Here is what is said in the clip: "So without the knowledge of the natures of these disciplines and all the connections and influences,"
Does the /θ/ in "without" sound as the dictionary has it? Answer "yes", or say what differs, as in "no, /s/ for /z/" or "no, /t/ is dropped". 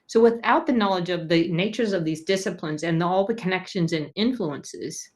yes